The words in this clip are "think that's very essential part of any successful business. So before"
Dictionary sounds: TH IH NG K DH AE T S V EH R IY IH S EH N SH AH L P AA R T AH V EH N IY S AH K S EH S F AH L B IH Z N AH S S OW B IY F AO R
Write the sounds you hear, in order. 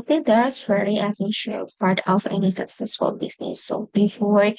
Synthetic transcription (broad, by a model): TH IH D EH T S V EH L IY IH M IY SH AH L P AA R T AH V EH N IY S AH K S EH S F AH L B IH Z N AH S S OW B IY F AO R